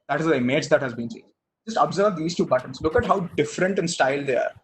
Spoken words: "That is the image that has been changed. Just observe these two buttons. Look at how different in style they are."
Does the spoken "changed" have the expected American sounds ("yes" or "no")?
no